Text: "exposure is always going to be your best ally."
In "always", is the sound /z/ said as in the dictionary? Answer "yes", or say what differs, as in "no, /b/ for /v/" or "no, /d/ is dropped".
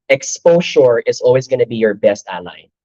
yes